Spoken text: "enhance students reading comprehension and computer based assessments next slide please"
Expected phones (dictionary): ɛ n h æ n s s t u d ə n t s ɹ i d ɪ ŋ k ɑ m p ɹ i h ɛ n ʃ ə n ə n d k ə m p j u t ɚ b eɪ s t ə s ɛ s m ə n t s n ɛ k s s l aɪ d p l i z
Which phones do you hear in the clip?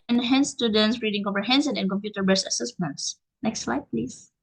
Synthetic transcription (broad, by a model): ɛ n h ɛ n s s t u d ə n t s ɹ i d ɪ ŋ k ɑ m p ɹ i h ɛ n s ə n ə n k ə m p j u t ɚ b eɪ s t ə s ɛ s m ə n t s n ɛ k s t l aɪ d p l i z